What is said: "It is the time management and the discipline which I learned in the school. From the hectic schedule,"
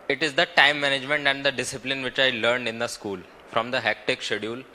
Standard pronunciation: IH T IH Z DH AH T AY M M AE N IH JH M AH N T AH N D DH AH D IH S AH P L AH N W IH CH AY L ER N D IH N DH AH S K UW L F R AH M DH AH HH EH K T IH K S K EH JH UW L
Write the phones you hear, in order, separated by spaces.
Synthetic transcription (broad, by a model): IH T IH Z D AH T AY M M AE N IH JH M AH N T AH N D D AH D IH S AH P L AH N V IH CH AY L ER N D IH N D AH S K UW L F R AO M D AH HH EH K T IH K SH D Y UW L